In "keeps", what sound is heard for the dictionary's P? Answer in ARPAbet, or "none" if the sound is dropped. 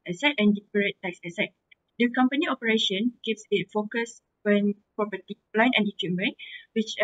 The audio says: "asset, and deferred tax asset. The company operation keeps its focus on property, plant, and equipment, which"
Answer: F